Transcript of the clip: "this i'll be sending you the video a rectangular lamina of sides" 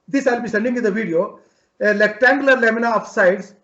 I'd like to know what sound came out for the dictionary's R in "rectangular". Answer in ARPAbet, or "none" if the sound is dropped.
L